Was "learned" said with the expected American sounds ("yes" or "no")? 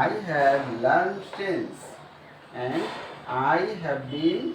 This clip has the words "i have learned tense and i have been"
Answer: no